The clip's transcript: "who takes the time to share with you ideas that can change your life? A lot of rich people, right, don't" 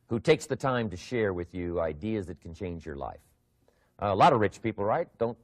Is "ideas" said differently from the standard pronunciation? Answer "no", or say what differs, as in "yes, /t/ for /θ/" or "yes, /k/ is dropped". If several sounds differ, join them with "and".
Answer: no